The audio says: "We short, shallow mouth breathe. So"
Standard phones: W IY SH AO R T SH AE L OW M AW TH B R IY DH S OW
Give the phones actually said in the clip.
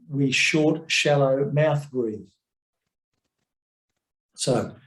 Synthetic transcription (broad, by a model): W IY SH AO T SH AE L OW M AW TH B R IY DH S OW